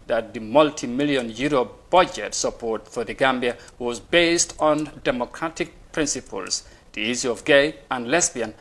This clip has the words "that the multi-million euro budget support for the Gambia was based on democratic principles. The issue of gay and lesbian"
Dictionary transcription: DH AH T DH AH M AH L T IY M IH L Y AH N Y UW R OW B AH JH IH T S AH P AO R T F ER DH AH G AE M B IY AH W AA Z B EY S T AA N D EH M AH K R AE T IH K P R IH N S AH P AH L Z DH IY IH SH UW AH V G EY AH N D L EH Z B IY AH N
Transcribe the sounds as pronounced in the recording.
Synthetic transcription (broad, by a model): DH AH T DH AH M AH L T IY M IH L Y AH N Y UW R OW B AH JH IH T S AH P AO R T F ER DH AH G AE M B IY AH W AA Z B EY S T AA N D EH M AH K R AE T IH K P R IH N S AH P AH L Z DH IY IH S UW AH V G EY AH N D L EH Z B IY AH N